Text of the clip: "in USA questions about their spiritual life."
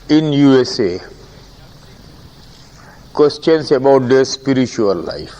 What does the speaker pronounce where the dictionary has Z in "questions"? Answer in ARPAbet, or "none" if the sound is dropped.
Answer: S